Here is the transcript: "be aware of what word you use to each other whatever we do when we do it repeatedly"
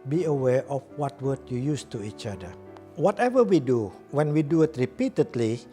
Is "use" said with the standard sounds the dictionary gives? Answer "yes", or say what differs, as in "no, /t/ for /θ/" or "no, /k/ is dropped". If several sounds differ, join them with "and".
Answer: yes